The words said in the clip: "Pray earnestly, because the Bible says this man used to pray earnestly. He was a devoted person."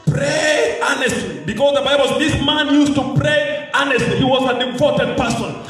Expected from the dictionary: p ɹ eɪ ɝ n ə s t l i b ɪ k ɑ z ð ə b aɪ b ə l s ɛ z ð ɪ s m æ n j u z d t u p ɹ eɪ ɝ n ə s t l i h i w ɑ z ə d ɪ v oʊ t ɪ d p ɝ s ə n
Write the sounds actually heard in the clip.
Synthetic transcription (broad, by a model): p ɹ eɪ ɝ n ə s t l i b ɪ k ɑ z ð ə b aɪ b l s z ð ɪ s m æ n j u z t u p ɹ eɪ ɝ n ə s t l i h i w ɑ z ə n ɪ p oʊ t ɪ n p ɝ s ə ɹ